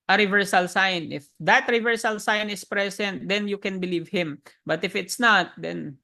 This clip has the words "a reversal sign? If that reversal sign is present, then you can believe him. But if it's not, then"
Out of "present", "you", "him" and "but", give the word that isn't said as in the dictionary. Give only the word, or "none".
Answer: present